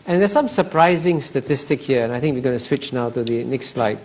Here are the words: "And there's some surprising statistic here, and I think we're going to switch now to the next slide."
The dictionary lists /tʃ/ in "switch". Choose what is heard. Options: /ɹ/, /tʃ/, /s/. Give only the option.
/tʃ/